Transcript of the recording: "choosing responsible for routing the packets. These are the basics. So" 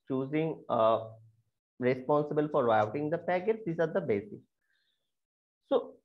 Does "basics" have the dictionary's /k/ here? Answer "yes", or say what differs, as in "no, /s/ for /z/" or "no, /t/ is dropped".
no, /k/ is dropped